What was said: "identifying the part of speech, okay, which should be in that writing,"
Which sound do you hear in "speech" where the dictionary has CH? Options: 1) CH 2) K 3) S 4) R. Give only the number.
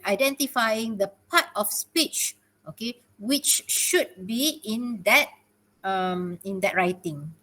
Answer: 1